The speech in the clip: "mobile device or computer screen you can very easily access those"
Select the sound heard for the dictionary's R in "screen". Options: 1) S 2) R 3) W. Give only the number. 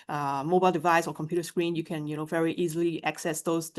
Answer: 2